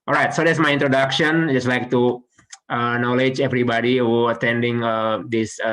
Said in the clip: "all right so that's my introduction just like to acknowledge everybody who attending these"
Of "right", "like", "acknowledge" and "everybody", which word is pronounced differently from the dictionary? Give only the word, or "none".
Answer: acknowledge